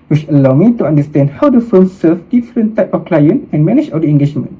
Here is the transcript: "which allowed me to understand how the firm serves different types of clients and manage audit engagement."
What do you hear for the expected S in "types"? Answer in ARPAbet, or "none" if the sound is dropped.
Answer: none